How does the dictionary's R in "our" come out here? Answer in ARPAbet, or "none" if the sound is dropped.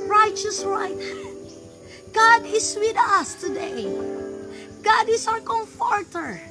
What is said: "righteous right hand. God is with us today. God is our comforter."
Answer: W